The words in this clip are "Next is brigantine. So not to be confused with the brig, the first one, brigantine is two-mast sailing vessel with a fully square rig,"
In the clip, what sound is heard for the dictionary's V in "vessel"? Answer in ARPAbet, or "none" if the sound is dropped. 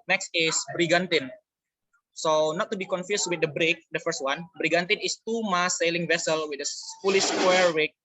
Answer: V